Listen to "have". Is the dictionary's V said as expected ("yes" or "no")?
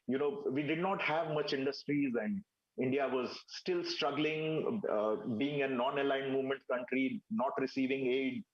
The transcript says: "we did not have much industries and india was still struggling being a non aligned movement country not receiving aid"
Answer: yes